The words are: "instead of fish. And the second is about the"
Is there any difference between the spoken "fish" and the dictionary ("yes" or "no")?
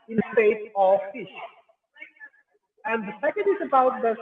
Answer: no